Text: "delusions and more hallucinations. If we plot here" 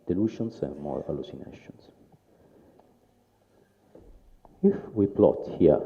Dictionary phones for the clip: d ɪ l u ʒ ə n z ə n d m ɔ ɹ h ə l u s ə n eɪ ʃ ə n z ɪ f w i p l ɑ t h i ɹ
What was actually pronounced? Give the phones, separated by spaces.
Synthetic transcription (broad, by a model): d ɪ l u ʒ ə n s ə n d m ɔ ɹ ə l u s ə n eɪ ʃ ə n s ɪ f w i p l ɑ t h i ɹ